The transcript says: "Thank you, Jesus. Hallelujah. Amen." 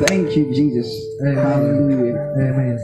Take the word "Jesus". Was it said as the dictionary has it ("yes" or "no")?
yes